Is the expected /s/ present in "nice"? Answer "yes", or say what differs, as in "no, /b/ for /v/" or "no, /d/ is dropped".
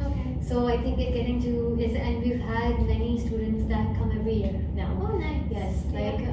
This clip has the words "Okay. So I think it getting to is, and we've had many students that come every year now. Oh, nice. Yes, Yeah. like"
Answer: no, /s/ is dropped